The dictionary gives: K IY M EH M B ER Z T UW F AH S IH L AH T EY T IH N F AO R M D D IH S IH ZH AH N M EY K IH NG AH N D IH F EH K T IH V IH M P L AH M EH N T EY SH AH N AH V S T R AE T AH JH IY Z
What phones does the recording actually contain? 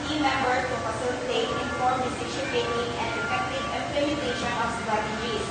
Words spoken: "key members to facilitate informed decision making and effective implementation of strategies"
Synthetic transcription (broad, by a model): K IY M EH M B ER T UW F AH S IH L AH T EY T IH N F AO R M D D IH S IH SH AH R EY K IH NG AH N D IH F EH K T IH V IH M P L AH M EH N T EY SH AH N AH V S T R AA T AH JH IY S